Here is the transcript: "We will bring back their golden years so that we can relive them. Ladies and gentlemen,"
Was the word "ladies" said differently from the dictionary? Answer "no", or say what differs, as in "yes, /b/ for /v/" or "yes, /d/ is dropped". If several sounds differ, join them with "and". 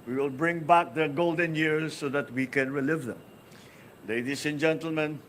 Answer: yes, /s/ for /z/